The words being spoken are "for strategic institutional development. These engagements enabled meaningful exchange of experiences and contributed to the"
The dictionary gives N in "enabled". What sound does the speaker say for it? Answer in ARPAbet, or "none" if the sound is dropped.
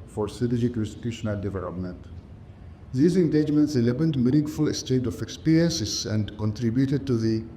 L